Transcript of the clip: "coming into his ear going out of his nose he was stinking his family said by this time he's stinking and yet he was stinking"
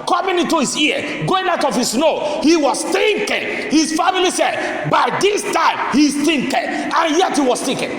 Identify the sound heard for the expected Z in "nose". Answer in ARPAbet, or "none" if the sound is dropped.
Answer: none